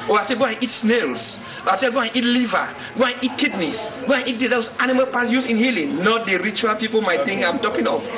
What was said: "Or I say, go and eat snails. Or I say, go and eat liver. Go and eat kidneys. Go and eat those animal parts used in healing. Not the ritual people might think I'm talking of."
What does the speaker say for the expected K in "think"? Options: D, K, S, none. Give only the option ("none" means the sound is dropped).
none